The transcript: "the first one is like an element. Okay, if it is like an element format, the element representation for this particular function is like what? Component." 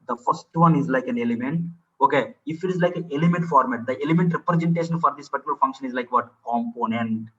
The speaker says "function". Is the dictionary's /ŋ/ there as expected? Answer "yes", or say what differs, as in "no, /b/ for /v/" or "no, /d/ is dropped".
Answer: yes